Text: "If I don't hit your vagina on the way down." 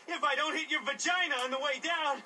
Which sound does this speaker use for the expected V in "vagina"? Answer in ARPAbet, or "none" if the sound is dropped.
V